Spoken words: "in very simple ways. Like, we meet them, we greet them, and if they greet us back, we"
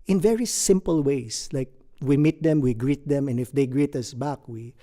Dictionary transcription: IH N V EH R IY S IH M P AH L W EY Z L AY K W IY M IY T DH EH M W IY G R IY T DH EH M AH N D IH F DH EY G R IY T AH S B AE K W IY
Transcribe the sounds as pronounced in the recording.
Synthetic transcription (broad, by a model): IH N V EH R IY S IH M P AH L W EY S L AY K W IY M IY T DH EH M W IY G R IY T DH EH M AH N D IH F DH EY G R IY T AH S B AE K W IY